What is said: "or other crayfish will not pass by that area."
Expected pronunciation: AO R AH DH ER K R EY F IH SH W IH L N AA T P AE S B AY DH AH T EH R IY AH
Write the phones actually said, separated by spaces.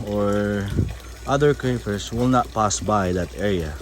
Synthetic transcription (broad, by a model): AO R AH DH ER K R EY P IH S W IH L N AA T P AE S B AY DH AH T EH R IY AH